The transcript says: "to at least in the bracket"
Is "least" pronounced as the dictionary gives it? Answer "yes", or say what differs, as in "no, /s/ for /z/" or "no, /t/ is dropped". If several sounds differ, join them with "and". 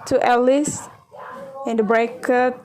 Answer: no, /t/ is dropped